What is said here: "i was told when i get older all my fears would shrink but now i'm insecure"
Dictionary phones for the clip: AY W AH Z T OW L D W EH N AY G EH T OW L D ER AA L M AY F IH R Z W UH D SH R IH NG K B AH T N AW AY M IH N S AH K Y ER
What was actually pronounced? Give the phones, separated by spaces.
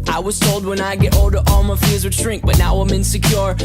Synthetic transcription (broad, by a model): AY W AH Z T OW L D W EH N AY G EH T OW L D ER AA L M AY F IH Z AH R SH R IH NG K B AH T N AW AY M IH N S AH K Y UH